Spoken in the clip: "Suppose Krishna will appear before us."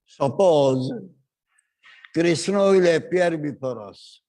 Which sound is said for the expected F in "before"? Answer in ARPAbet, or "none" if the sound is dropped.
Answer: P